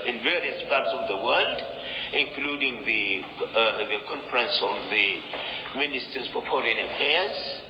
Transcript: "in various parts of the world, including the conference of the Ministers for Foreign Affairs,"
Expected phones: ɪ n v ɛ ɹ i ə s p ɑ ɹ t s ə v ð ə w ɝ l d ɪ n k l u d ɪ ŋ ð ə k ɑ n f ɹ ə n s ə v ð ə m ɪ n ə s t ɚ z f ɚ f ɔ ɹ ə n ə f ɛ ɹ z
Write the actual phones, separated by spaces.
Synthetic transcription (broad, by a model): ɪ n v ɛ ɹ i ə s p ɑ ɹ t s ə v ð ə w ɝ l d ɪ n k l u d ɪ ŋ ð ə k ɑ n f ɹ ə n s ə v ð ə m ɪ n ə s t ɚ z p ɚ p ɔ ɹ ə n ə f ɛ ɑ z